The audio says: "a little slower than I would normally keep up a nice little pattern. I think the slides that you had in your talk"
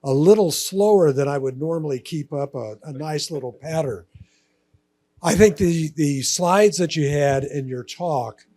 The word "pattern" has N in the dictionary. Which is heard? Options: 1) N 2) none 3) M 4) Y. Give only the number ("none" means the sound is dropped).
2